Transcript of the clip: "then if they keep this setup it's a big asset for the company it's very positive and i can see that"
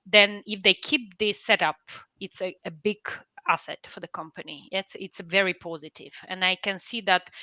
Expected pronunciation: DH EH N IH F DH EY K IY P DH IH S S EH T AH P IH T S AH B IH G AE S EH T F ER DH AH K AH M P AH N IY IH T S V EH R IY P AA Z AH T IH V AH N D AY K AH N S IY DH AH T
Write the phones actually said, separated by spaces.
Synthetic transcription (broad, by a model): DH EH N IH F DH EY K IY P DH IH S S EH T AH P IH T S AH B IH G AE S EH T F ER DH AH K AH M P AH N IY IH T S V EH R IY P AA Z AH T IH V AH N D AY K AH N S IY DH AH T